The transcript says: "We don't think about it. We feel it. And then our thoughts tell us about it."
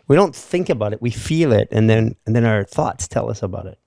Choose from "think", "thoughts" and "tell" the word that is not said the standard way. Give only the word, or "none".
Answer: none